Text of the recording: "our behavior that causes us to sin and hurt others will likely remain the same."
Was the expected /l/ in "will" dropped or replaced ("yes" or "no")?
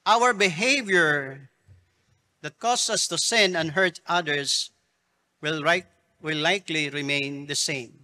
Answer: yes